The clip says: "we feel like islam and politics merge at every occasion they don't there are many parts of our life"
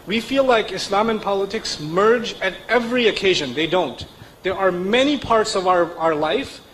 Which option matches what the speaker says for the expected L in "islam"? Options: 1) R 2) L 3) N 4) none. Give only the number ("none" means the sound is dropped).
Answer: 2